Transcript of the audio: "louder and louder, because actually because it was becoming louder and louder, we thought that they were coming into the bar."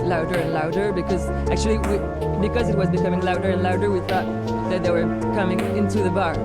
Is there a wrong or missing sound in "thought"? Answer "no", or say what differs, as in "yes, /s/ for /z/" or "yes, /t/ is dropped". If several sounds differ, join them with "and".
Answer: no